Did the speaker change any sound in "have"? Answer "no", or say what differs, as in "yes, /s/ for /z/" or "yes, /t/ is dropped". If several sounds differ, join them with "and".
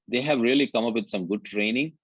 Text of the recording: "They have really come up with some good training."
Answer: no